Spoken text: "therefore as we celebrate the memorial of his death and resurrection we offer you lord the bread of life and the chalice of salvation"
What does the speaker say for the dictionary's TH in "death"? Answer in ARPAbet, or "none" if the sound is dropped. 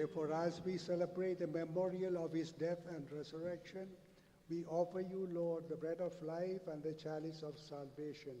T